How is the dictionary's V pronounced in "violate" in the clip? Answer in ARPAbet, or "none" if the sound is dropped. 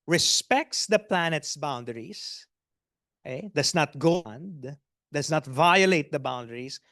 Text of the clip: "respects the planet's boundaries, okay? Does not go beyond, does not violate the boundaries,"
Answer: V